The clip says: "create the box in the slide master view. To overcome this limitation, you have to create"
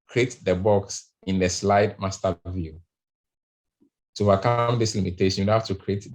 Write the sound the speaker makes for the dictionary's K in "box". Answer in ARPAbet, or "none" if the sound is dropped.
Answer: K